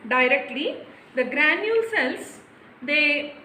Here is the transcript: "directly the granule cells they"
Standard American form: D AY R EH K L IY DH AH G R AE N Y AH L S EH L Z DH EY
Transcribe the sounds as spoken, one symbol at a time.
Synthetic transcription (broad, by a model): D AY R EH K L IY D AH G R AE N Y AH L S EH L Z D EY